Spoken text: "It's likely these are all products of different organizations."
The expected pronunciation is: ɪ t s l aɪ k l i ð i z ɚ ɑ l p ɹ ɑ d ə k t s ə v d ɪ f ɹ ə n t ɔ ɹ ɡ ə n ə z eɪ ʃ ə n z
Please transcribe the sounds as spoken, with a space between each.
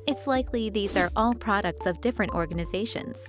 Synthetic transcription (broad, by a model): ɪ t s l aɪ k l i ð i z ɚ ɑ l p ɹ ɑ d ə k t s ə v d ɪ f ɹ ə n t ɔ ɹ ɡ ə n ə z eɪ ʃ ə n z